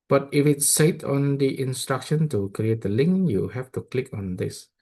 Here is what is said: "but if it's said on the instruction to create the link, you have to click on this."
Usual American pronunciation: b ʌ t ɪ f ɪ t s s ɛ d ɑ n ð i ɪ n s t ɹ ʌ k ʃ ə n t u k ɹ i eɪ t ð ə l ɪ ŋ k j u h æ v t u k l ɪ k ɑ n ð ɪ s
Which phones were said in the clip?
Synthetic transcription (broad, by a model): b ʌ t ɪ f ɪ t s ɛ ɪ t ɑ n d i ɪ n s t ɹ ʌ k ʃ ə n t u k ɹ i eɪ t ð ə l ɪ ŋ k j u h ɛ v t u k l ɪ k ɑ n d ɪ s